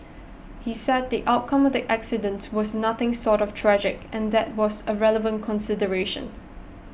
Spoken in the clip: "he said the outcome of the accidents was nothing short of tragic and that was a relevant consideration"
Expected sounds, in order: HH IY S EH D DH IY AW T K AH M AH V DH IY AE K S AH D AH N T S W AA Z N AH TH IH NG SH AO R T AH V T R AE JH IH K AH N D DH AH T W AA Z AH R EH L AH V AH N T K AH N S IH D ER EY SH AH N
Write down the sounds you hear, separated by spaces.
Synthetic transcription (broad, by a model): HH IY S EH D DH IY AW T K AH M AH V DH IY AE K S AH D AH N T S W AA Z N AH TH IH NG S AO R T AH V T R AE JH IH K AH N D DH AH T W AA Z AH R EH L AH V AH N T K AH N S IH D ER EY SH AH N